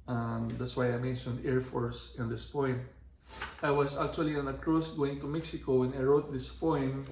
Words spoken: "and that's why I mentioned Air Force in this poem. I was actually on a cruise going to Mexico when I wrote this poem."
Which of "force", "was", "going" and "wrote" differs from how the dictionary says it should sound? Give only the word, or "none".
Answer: was